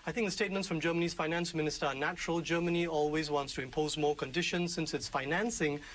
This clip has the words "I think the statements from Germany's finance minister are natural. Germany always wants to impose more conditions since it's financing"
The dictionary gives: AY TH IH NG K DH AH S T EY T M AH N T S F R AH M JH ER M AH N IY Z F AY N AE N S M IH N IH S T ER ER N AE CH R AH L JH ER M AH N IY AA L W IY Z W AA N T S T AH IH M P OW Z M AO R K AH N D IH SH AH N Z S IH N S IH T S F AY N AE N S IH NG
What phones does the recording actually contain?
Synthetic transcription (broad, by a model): AY TH IH NG K DH AH S T EY T M AH N T S F R AH M JH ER M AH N IY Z F AY N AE N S M IH N IH S T ER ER N AE CH R AH L JH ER M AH N IY AA L W IY Z W AA N T S T AH IH M P OW Z M AO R K AH N D IH SH AH N Z S IH N S IH T S F AY N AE N S IH NG